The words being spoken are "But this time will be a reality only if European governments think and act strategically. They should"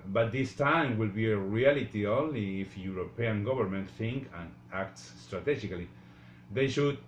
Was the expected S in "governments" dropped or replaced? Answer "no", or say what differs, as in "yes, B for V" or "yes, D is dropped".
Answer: yes, S is dropped